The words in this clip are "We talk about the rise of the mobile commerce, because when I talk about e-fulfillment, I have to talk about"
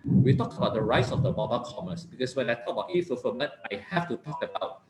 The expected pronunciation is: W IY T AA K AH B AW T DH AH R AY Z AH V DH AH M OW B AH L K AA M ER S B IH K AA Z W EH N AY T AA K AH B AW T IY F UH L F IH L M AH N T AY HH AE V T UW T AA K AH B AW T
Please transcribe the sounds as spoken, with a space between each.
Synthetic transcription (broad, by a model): W IY T AA K AH B AW T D AH R AY S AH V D AH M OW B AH K AA M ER S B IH K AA S W EH N AY T AA K AH B AW T IY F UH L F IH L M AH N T AY HH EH F T UW T AA K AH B AW T